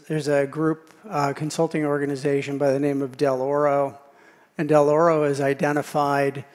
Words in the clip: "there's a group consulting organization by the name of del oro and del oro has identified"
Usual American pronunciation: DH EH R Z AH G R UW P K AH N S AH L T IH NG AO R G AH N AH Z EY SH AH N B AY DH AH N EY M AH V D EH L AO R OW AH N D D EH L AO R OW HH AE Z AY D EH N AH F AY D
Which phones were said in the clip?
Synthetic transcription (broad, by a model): DH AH R Z AH G R UW P K AH N S AH L T IH NG AO R G AH N AH Z EY SH AH N B AY DH AH N EY M AH V D EH L AO R OW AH N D D EH L AO R OW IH Z AY D EH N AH F AY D